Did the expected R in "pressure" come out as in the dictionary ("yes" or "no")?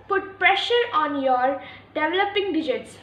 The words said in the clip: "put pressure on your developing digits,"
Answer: yes